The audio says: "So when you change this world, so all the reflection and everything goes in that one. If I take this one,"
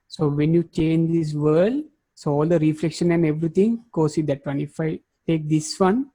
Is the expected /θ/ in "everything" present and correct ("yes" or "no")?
no